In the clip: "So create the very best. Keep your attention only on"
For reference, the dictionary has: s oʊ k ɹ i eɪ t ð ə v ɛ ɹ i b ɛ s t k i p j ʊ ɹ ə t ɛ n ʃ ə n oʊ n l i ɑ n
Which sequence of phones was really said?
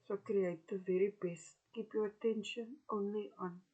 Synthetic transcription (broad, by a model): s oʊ k ɹ i eɪ t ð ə v ɛ ɹ i b ɛ s t k i p j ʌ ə t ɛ n ʃ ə n oʊ n l i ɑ n